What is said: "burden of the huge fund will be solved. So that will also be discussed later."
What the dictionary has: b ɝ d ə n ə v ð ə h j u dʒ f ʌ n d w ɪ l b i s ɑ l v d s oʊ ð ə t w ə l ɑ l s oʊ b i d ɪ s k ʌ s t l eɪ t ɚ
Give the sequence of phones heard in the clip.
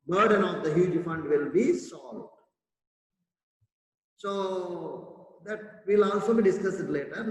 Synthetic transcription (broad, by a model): b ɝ d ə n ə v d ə h j u dʒ f ʌ n d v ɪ l b i s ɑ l d s oʊ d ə t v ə l ɑ l s oʊ b i d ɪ s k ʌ s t l eɪ t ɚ